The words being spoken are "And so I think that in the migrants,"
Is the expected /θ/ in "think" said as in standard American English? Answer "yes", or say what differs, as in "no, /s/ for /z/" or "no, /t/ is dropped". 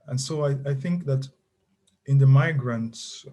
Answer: yes